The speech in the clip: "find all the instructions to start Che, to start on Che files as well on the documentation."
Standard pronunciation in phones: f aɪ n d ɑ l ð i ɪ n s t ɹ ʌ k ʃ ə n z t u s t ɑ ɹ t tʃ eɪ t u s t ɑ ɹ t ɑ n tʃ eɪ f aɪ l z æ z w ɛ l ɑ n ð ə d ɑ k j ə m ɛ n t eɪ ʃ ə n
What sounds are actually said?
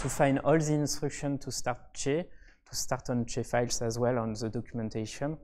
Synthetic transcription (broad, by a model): f aɪ n d ɑ l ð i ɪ n s t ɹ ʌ k ʃ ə n t u s t ɑ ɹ t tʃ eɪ t u s t ɑ ɹ t ɑ n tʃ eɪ f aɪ l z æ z w ɛ l ɑ n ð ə d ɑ k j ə m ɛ n t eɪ ʃ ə n